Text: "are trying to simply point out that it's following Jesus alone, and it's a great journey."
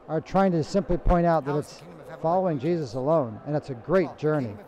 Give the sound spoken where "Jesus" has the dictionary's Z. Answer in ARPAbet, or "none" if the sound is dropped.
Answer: Z